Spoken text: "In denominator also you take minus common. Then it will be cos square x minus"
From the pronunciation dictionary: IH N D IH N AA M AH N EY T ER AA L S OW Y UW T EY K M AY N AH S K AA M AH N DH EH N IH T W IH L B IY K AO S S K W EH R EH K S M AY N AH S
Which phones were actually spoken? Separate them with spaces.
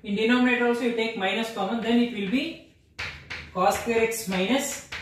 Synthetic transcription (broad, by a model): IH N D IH N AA M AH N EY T AA L S OW Y UW T EY K M AY N AH S K AA M AH N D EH N IH T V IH L B IY K AO S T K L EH R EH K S M AY N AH S